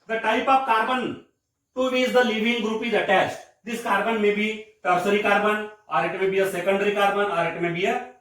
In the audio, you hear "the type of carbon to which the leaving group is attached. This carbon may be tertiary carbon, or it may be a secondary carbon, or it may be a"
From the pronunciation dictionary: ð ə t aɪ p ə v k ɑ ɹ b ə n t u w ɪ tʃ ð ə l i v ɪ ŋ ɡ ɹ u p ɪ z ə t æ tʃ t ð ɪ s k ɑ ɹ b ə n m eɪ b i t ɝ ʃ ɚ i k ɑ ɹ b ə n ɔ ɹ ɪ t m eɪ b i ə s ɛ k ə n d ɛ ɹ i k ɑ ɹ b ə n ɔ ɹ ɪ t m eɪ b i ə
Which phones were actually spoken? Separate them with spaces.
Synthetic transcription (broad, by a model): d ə t aɪ p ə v k ɑ ɹ b ə n t u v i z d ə l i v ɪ ŋ ɡ ɹ u p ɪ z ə t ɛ s t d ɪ s k ɑ ɹ b ə n m eɪ b i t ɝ s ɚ i k ɑ ɹ b ə n ɔ ɹ ɪ t m eɪ b i ə s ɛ k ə n d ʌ ɹ i k ɑ ɹ b ə n ɔ ɹ ɪ t m eɪ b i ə